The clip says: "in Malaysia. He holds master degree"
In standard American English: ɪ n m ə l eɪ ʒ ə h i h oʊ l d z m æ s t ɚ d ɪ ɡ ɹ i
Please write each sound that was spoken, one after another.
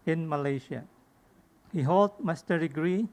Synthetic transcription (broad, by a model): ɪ n m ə l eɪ ʃ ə h i h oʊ l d m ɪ s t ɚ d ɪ ɡ ɹ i